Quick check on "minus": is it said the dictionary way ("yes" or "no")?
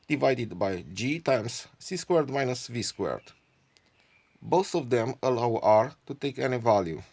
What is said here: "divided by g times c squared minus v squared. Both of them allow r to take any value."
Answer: yes